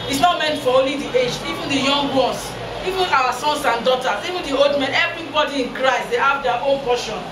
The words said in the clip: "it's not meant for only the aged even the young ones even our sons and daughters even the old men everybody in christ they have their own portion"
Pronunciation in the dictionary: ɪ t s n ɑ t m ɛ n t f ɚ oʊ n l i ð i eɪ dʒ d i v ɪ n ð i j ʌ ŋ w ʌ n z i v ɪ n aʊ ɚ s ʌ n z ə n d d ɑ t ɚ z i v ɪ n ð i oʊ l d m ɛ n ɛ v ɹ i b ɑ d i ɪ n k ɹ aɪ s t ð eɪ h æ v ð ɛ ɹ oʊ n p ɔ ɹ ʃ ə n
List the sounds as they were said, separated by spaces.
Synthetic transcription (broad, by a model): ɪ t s n ɑ t m ɛ n t f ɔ oʊ n l i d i eɪ dʒ i v ɪ n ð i j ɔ ŋ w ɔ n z i v ɪ n aʊ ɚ s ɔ n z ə n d d ɑ t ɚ s i v ɪ n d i oʊ l d m ɛ n ɛ v ɹ i b ɑ d i ɪ n k ɹ aɪ s t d eɪ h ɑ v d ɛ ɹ oʊ n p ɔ ʃ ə n